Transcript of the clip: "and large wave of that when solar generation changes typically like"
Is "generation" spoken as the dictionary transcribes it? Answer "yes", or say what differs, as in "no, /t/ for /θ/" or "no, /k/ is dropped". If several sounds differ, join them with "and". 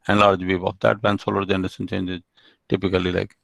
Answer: no, /s/ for /ʃ/